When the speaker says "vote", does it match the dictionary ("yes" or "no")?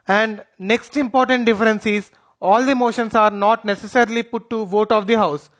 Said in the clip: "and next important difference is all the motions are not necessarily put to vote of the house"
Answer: yes